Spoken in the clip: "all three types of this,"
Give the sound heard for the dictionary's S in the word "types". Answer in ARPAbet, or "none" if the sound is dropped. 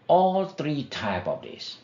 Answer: none